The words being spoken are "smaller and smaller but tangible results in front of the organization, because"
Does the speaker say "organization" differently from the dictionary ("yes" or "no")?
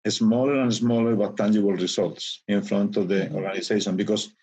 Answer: yes